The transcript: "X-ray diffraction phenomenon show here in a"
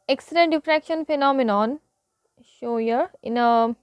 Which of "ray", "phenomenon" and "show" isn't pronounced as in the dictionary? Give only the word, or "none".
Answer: ray